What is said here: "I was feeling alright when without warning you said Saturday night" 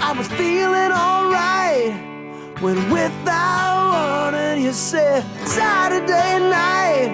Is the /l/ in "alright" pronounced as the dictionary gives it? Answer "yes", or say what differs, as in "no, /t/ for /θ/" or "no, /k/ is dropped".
yes